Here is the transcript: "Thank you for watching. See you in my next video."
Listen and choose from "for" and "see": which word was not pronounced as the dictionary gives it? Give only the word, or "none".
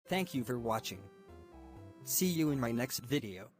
none